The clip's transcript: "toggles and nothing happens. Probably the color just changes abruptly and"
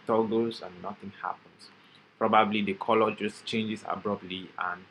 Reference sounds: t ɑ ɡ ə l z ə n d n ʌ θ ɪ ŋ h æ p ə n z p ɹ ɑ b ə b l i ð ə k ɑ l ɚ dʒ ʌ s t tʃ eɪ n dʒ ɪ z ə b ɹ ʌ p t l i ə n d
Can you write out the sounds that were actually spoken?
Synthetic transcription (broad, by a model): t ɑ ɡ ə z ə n n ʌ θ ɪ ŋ h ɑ p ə n s p ɹ ɑ b ə b l i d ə k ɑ l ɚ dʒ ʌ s tʃ eɪ n dʒ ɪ s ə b ɹ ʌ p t l i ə n